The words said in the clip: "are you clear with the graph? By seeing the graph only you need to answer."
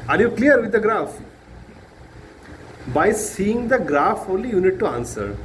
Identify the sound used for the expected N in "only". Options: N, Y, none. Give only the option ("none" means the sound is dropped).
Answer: none